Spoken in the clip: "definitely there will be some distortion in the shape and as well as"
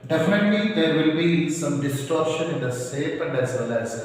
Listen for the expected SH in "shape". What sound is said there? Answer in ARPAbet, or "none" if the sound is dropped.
S